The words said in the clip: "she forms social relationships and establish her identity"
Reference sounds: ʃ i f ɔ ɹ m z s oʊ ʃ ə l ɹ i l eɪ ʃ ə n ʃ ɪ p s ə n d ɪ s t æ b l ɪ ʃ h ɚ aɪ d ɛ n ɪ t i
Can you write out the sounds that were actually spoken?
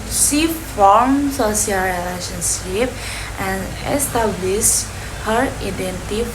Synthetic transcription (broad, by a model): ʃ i f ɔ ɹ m s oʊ s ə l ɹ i l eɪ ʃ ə n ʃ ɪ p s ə n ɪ s t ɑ b l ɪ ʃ h ɚ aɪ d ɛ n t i